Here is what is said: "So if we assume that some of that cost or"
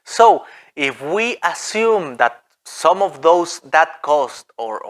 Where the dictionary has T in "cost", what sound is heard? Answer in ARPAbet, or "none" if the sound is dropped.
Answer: T